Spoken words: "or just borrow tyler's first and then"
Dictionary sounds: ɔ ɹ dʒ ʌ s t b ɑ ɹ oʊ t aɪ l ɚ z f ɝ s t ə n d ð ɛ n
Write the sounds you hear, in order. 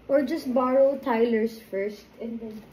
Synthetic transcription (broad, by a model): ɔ ɹ dʒ ʌ s t b ɑ ɹ oʊ t aɪ l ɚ s f ɝ s t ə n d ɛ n